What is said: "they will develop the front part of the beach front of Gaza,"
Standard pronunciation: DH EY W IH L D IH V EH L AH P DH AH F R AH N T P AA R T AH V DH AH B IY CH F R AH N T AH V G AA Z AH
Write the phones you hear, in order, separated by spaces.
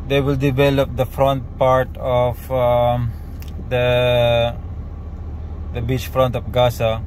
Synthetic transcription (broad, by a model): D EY W IH L D IH V EH L AH P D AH F R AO N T P AA R T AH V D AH B IY CH F R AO N T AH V G AA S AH